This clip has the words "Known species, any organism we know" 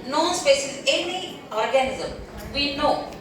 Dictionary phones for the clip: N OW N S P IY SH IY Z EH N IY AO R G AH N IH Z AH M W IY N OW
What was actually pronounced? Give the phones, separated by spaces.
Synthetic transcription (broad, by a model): N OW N S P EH S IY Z EH N IY AO R G AH N IH Z AH M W IY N OW